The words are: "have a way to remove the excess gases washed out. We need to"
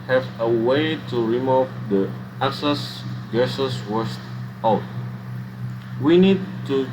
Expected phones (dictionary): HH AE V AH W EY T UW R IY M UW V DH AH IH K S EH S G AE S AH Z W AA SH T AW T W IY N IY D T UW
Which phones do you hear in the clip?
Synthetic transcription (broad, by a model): HH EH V AH W EY T UW R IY M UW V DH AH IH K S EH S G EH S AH S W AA S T AW T W IY N IY D T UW